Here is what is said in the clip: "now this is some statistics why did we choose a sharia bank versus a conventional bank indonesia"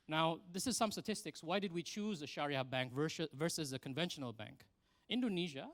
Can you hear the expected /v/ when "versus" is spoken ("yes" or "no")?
yes